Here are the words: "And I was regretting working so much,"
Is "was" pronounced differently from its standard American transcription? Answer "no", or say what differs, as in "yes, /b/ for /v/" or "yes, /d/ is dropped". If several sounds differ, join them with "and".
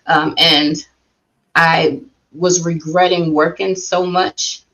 no